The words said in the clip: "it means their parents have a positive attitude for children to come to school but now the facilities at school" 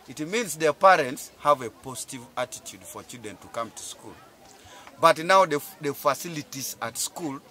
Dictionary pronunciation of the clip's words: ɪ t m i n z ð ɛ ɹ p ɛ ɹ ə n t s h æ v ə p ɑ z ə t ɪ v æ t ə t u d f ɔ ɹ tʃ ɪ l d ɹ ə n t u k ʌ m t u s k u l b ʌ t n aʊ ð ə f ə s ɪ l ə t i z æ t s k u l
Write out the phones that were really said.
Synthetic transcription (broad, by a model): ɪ t m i n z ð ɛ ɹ p ɛ ɹ ə n t s h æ v ə p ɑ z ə t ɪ v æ t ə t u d f ɔ ɹ tʃ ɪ d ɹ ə n t u k ʌ m t u s k u l b ʌ t n aʊ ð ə f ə s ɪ l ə t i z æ t s k u l